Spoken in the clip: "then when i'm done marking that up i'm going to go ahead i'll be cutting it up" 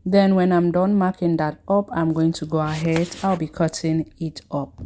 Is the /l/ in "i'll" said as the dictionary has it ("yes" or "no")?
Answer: yes